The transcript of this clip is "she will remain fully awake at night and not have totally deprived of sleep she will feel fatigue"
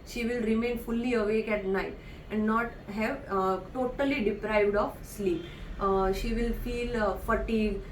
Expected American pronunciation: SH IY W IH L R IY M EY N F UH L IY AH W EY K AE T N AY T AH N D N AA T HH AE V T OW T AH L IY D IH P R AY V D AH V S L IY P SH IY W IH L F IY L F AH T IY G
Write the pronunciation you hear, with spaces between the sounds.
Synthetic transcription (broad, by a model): SH IY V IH L R IY M EY N F UH L IY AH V EY K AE T N AY T AH N D N AA T HH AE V T OW T AH L IY D IH P R AY V D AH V S L IY P SH IY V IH L F IY L F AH T IY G